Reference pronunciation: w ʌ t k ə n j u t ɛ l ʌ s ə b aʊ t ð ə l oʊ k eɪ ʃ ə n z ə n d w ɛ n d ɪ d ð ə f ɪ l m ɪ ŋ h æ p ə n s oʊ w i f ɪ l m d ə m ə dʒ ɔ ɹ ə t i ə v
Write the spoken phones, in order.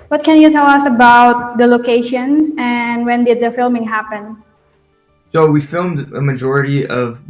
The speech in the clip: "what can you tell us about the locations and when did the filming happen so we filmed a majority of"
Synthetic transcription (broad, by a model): w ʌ t k ə n j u t ɛ l ʌ s ə b aʊ t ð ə l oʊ k eɪ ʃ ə n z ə n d w ɛ n d ɪ d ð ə f ɪ l m ɪ ŋ h æ p ə n s oʊ w i f ɪ l m d ə m ə dʒ ɔ ɹ ə t i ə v